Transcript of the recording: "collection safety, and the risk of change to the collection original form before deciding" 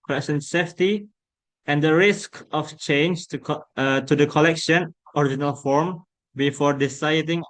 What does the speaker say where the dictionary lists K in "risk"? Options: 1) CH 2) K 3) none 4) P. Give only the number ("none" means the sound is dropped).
2